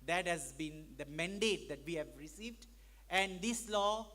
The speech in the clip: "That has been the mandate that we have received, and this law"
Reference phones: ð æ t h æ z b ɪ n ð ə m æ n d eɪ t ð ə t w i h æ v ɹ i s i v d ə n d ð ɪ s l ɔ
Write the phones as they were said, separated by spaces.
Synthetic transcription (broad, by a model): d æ t h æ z b ɪ n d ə m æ n d eɪ t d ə t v i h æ v ɹ i s i v d ə n d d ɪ s l ɔ